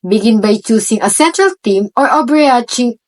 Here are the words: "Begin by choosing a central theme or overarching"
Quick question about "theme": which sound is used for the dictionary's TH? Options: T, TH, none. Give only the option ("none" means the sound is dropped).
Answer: T